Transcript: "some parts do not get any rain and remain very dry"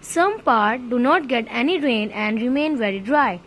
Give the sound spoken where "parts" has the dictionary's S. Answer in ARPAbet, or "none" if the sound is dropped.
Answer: none